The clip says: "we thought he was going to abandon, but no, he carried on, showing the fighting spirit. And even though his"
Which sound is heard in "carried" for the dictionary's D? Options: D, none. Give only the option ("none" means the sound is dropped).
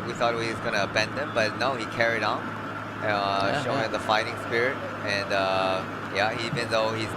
D